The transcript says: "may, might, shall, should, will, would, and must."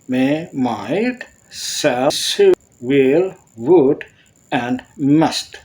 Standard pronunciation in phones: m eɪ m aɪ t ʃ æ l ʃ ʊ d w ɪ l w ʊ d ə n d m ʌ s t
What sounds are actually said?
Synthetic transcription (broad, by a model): m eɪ m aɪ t s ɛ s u w ɪ l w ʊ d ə n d m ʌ s t